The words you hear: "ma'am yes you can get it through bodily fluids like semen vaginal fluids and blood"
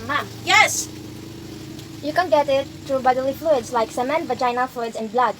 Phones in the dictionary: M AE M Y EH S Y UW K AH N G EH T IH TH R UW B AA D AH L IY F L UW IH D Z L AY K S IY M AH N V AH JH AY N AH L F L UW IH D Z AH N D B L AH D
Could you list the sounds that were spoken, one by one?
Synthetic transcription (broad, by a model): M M Y EH S Y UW K AH N G EH T IH T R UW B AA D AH L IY F L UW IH D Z L AY K S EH M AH N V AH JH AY N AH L F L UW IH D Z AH N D B L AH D